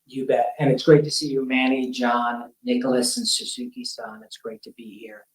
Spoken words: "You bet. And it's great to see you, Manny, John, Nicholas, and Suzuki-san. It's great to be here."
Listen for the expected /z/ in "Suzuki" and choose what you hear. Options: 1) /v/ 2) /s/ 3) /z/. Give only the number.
2